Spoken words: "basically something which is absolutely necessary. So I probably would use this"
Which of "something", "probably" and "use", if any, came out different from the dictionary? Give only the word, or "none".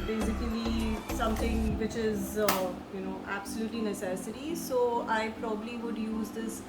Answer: something